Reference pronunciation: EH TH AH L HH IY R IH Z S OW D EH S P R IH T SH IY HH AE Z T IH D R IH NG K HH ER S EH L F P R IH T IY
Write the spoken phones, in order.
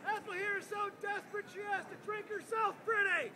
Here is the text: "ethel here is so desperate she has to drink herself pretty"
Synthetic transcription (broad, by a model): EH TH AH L HH IY R IH Z S OW D EH S P R IH T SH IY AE S T IH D R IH NG K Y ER S EH L F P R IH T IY